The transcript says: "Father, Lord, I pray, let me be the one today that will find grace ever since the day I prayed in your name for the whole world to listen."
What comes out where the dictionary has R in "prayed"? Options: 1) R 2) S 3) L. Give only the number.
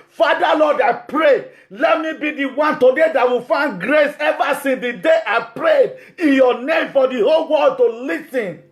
1